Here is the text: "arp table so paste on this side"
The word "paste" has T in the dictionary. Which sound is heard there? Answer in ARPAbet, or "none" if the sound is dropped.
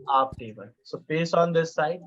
none